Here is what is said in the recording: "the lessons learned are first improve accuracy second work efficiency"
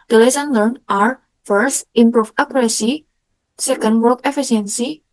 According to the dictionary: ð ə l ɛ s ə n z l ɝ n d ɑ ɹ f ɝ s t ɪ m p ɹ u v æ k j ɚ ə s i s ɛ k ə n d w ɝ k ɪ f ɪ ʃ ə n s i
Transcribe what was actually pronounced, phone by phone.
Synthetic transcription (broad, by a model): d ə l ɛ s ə n l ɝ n ɑ ɹ f ɝ s t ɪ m p ɹ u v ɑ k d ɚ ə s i s ɛ k ə n d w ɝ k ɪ f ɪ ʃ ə n s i